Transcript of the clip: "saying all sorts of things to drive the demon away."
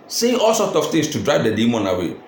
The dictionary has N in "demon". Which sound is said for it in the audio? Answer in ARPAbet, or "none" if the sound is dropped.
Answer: N